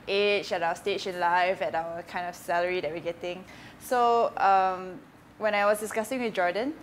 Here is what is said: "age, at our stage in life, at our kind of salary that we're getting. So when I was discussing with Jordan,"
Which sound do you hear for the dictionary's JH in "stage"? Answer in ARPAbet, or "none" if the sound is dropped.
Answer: SH